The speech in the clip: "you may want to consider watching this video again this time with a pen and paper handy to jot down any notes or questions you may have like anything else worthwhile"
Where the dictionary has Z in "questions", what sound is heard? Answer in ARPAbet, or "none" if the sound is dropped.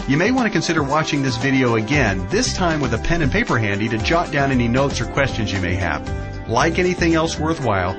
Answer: Z